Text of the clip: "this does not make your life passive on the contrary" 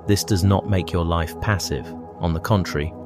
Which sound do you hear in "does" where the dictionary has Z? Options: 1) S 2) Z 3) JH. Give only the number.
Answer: 2